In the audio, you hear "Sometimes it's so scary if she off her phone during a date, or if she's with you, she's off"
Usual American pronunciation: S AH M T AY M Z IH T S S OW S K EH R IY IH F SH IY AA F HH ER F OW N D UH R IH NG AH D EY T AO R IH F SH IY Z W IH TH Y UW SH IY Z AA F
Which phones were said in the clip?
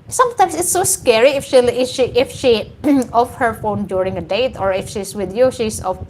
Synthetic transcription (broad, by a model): S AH M T AY M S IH T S S OW S K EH R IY IH F SH IY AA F HH ER F OW N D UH R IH NG AH D EY T AO R IH F SH IY S W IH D Y UW SH IY S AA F